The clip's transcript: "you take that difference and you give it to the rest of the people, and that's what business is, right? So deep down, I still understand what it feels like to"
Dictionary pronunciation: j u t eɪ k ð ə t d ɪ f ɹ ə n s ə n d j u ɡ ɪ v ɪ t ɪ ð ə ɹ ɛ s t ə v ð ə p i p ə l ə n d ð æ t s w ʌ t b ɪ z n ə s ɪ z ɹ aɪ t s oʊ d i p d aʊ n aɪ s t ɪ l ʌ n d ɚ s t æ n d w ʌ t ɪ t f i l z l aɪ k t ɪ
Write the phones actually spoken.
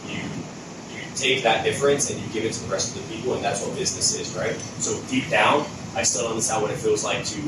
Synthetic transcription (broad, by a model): j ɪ t eɪ k ð ə t d ɪ f ɹ ə n s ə n j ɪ ɡ ɪ v ɪ t ɪ ð ə ɹ ɛ s t ə v ð ə p i p l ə n ð æ t s w ʌ t b ɪ z n ə s ɪ z ɹ aɪ t s oʊ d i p d aʊ n aɪ s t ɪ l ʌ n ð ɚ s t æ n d w ʌ t ɪ t f i l z l aɪ k t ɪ